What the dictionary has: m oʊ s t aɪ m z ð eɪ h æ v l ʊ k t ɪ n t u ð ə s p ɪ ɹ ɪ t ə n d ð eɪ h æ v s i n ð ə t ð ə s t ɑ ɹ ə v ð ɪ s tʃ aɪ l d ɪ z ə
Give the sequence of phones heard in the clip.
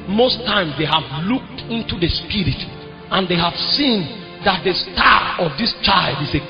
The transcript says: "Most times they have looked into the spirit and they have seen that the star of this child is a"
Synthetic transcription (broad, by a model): m oʊ s t aɪ m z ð eɪ h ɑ v l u k t ɪ n t u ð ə s p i ɹ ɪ t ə n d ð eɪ h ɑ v s i n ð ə t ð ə s t ɑ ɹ ə v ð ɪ s tʃ aɪ l d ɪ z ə